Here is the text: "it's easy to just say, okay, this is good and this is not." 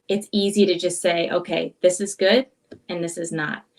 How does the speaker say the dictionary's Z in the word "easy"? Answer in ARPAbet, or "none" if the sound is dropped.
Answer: Z